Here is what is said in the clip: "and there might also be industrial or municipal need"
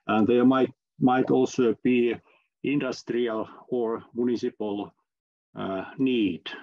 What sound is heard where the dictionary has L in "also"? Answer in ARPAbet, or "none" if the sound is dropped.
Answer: L